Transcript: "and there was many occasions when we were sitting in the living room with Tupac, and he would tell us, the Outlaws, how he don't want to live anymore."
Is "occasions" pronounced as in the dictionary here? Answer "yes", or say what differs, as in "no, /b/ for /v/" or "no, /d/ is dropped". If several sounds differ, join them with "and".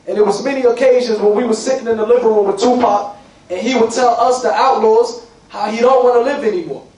yes